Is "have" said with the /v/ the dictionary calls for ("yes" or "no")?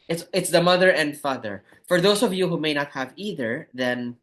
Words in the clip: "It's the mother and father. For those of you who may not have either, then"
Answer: yes